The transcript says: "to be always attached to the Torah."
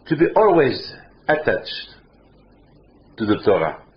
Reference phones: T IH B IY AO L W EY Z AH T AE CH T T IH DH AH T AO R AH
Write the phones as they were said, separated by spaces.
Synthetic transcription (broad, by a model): T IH B IY AO L W EY Z AH T AE CH T T IH DH AH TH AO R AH